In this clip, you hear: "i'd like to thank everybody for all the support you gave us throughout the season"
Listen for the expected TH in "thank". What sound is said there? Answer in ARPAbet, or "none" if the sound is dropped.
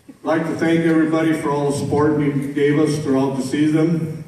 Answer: TH